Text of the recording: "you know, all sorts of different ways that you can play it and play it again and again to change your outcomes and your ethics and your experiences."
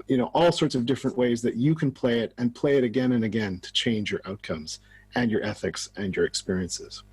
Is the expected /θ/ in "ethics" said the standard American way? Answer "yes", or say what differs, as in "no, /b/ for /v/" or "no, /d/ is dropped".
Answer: yes